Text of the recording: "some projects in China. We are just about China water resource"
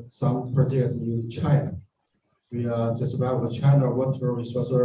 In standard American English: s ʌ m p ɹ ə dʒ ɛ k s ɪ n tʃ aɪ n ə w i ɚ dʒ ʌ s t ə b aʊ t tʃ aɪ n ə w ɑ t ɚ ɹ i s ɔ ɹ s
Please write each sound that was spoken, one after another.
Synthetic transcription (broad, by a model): s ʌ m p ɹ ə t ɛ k ɪ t tʃ aɪ n ə w i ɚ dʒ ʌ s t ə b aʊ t tʃ aɪ n ə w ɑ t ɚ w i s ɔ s